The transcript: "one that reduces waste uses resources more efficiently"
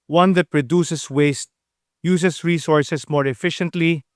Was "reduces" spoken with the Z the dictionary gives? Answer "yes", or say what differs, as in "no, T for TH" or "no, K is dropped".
no, S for Z